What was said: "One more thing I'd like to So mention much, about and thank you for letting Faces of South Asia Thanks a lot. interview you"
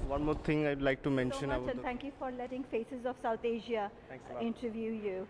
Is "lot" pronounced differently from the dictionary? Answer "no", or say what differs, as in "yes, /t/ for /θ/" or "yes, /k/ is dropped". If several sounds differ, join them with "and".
yes, /t/ is dropped